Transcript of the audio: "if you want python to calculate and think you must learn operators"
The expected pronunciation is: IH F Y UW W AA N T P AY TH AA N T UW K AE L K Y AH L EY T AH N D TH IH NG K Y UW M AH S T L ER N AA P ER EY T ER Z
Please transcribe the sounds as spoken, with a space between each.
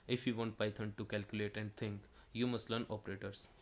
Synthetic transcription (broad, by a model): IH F Y UW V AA N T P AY T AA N T UW K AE L K Y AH L EY T AH N D T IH NG K Y UW M AH S T L ER N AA P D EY T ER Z